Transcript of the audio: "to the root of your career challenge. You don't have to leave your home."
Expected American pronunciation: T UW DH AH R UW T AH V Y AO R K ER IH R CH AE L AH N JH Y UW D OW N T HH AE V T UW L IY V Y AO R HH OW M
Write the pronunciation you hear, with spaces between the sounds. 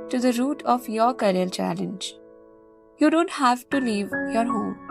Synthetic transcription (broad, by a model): T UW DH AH R UW T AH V Y AO R K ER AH L CH AE L AH N JH Y UW D OW N T HH AE V T UW L IY V Y AO R HH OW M